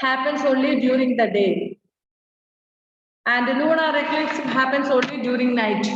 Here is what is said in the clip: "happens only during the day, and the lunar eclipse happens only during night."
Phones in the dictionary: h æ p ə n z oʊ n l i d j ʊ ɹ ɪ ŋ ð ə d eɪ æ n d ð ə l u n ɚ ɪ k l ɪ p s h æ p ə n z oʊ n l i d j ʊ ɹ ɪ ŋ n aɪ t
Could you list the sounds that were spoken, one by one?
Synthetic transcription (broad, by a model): h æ p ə n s oʊ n l i d j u ɹ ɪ ŋ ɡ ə d eɪ æ n d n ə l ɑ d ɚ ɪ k ɪ s h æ p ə n s oʊ n l i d j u ɹ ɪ ŋ n aɪ t